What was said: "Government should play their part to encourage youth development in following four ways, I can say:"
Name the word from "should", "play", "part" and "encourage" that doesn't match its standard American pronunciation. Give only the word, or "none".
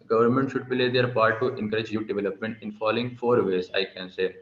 play